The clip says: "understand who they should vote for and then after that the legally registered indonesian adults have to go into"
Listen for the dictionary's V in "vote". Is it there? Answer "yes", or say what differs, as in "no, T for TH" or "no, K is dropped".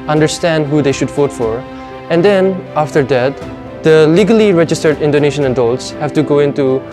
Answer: no, F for V